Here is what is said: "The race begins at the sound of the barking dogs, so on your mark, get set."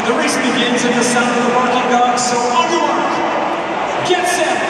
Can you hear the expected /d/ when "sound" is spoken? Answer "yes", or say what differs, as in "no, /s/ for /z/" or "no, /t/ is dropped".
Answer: no, /d/ is dropped